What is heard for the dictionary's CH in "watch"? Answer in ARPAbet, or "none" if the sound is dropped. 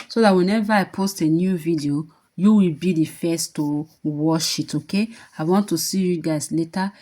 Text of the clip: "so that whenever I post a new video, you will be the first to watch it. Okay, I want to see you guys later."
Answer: SH